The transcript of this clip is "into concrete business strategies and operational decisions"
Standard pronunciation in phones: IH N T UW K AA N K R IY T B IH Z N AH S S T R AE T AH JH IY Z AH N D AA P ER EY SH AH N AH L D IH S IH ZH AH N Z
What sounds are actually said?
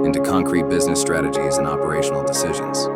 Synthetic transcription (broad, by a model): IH N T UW K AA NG K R IY T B IH Z N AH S S T R AE T AH JH IY Z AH N AA P ER EY SH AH N L D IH S IH ZH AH N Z